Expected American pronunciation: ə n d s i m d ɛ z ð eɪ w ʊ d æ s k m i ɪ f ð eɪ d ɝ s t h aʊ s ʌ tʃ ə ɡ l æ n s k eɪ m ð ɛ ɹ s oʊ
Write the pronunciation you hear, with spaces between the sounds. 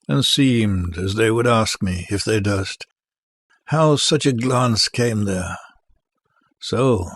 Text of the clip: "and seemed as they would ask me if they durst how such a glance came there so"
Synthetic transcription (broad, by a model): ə n s i m d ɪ z ð eɪ w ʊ d æ s k m i ɪ f ð eɪ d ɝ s t h aʊ s ʌ tʃ ə ɡ l æ n s k eɪ m ð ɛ ɹ s oʊ